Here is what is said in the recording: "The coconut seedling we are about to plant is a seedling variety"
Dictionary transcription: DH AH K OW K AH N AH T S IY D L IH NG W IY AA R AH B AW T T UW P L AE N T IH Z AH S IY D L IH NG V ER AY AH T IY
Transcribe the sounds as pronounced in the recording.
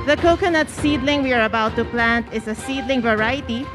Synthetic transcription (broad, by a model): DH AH K OW K AH N AH T S IY D L IH NG W IY AA R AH B AW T T UW P L AE N T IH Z AH S IY D L IH NG V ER AY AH T IY